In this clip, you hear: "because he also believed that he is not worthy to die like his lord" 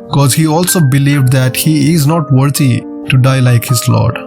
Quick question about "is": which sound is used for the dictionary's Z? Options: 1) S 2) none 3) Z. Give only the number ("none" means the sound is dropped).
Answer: 3